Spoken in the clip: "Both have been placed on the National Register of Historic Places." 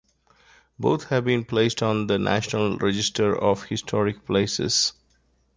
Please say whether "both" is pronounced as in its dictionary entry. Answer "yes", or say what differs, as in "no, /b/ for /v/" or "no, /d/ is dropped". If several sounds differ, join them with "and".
no, /t/ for /θ/